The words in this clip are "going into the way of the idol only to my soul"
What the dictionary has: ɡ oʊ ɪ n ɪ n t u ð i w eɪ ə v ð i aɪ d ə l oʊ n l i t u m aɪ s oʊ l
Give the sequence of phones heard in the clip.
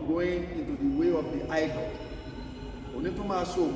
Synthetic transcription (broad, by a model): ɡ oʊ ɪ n ɪ n t u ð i w eɪ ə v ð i aɪ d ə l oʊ n i t u m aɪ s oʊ